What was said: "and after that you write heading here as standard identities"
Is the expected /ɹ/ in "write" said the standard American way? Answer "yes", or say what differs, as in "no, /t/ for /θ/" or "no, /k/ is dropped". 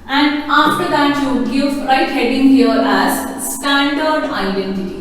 yes